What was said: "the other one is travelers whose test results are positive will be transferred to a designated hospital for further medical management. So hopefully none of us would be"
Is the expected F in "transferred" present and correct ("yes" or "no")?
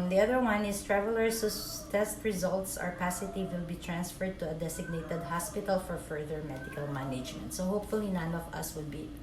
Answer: yes